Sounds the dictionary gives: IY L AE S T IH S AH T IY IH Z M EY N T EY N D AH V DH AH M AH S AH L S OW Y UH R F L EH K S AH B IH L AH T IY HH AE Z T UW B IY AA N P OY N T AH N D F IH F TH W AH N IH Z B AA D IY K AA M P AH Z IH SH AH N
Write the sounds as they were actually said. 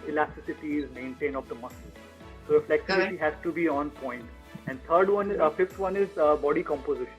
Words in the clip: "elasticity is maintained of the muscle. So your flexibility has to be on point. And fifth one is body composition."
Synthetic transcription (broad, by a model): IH L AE S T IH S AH T IY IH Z M EY N T EY N AH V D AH M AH S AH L S OW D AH F L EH K S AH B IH T IY HH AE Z T UW B IY AA N P OY N T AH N D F IH F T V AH N IH Z B AA D IY K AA M P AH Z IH SH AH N